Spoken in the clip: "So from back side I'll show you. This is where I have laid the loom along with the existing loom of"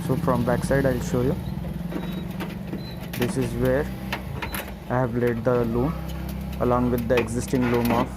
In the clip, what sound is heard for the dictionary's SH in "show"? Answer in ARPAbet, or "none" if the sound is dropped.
SH